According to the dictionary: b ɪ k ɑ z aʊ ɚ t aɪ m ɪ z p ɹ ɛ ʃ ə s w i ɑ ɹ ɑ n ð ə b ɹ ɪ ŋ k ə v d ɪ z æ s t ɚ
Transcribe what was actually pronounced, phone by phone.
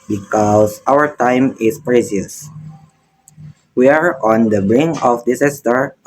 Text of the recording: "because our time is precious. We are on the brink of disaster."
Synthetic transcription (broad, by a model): b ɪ k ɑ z aʊ ɚ t aɪ m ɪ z p ɹ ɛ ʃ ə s w i ɑ ɹ ɑ n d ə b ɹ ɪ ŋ ə f d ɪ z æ s t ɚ